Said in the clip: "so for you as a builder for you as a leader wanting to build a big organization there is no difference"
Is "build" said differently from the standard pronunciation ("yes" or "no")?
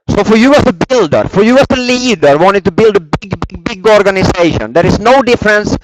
no